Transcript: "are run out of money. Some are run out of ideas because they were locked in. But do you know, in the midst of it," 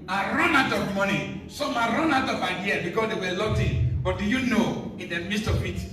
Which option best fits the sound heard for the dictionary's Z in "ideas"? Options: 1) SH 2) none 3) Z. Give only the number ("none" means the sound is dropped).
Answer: 2